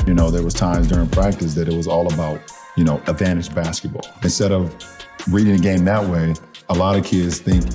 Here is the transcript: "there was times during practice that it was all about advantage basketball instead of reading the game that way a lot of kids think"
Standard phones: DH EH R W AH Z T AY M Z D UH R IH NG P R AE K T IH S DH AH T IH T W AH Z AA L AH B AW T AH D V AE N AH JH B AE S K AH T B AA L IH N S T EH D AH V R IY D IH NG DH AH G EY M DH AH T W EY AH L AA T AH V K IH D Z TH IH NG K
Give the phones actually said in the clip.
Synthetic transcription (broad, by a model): DH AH R W AH Z T AY M Z D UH R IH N P R AE K T IH S DH AH T IH T W AH Z AA L AH B AW T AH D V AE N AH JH B AE S K AH T B AA L IH N S T EH D AH V R IY D IH NG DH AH G EY M DH AH T W EY AH L AA T AH V K IH D Z TH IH NG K